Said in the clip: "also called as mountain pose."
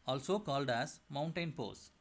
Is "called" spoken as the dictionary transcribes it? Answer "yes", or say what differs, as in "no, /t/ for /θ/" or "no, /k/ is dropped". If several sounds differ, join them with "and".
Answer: yes